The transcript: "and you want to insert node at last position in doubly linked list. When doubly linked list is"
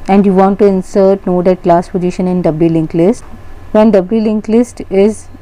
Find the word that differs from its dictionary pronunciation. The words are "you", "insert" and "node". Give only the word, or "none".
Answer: none